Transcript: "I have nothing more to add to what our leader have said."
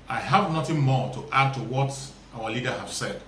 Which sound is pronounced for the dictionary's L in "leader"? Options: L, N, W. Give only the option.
L